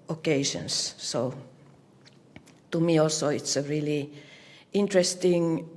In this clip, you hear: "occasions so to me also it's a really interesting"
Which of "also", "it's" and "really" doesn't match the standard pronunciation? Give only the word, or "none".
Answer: none